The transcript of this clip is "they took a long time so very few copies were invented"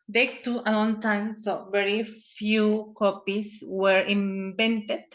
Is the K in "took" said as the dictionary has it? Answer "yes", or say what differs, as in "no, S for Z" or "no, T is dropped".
no, K is dropped